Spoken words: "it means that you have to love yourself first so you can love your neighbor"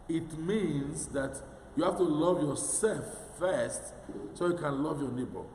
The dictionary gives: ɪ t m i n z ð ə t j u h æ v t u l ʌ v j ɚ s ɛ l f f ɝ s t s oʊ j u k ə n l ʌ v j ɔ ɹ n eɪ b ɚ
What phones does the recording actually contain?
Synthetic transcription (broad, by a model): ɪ t m i n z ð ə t j u h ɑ f t u l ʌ v j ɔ s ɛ l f f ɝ s t s oʊ j u k ə n l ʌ v j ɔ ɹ n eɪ b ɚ